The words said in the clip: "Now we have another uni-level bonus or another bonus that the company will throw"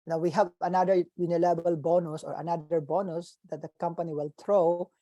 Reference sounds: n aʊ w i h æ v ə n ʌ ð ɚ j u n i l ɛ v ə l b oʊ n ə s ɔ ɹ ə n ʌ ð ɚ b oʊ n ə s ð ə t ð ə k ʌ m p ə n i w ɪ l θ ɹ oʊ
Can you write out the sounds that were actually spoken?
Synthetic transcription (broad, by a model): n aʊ w i h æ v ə n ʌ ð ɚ j u n i l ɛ b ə l b oʊ n ə s ɔ ɹ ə n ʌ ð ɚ b oʊ n ə s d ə t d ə k ʌ m p ə n i w ɪ l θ ɹ oʊ